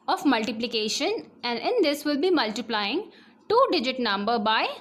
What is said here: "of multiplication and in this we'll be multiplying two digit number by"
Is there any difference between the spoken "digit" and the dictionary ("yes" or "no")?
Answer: no